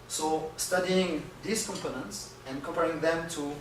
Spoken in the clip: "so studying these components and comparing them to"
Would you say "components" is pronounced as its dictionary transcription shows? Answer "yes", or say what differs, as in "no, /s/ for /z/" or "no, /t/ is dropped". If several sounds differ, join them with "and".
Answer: yes